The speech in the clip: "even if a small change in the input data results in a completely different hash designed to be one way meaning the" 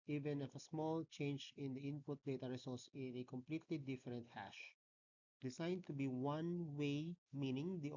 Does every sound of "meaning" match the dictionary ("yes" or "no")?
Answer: yes